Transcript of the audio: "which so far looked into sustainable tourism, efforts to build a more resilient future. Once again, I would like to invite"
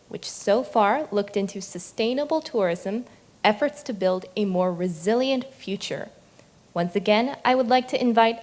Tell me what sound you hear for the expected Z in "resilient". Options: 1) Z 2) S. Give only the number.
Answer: 1